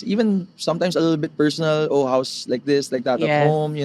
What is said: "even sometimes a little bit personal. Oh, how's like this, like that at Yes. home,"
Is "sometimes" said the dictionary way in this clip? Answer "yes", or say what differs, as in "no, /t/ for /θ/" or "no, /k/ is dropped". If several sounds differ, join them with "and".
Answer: no, /s/ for /z/